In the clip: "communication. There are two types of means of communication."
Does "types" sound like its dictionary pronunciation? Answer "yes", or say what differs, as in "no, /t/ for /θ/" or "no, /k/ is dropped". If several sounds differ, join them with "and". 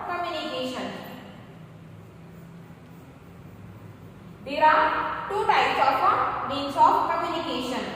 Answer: no, /p/ is dropped